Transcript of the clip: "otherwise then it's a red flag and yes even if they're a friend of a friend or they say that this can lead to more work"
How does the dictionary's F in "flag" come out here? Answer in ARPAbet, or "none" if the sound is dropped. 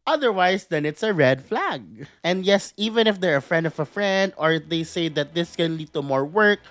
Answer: F